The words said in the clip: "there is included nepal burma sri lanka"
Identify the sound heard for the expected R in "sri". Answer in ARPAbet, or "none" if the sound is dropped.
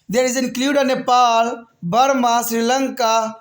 R